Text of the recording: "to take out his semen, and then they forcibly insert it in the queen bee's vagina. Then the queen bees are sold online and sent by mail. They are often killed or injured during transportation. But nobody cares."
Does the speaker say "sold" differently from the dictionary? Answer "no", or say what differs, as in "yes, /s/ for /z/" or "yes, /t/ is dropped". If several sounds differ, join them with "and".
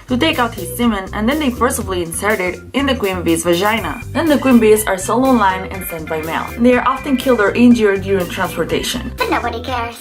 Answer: yes, /d/ is dropped